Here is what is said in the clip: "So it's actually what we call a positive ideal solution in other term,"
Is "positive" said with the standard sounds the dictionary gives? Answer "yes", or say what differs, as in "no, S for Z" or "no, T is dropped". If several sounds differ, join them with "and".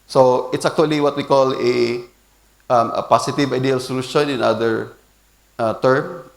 no, S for Z